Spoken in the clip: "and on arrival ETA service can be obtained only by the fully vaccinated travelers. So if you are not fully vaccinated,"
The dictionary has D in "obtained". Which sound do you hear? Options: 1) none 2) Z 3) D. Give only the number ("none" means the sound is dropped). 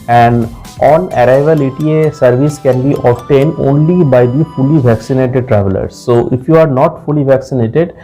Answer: 3